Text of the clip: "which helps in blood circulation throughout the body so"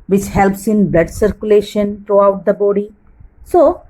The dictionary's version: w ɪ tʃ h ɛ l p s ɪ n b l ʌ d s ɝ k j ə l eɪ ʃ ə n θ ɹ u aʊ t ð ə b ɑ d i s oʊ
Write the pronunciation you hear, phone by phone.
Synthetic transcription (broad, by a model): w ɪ tʃ h ɛ l p s ɪ n b l ʌ d s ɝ k j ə l eɪ ʃ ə n t ɹ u aʊ t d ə b ɑ d i s oʊ